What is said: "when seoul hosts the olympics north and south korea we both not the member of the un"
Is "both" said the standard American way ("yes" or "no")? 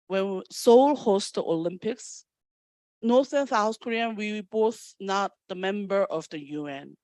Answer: yes